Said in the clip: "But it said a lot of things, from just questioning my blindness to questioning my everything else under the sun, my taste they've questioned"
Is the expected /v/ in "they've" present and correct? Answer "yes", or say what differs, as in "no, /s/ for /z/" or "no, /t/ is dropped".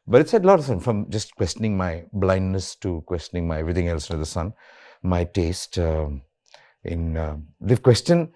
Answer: no, /f/ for /v/